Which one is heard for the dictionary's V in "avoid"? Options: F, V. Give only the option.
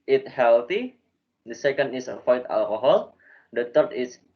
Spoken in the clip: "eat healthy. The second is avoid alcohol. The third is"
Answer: F